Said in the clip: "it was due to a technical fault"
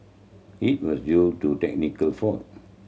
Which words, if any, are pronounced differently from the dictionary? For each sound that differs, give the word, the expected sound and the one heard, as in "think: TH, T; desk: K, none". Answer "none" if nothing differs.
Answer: fault: L, none